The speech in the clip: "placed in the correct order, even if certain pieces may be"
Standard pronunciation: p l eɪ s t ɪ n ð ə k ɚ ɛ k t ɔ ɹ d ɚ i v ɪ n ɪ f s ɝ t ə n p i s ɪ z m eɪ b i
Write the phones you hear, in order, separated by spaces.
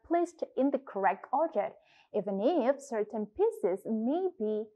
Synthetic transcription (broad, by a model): p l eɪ s t ɪ n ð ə k ɚ ɛ k t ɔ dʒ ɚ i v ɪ n ɪ f s ɝ t ə n p i s ɪ z m eɪ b i